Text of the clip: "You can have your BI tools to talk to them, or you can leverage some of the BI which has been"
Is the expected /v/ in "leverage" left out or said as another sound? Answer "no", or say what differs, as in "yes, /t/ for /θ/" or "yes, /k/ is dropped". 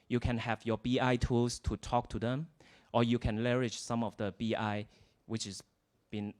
yes, /v/ is dropped